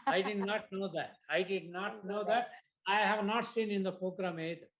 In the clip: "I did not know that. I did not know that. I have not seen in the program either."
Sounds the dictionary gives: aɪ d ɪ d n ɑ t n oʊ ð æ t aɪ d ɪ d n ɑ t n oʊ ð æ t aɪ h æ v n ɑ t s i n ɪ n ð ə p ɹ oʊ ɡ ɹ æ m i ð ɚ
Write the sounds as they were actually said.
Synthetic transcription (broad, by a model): aɪ d ɪ d n ɑ t n oʊ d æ t aɪ d ɪ d n ɑ t n oʊ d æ t aɪ h æ v n ɑ t s i n ɪ n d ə p ɹ oʊ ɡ ɹ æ m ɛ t